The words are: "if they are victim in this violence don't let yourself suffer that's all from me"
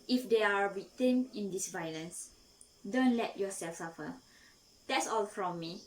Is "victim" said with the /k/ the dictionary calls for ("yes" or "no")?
no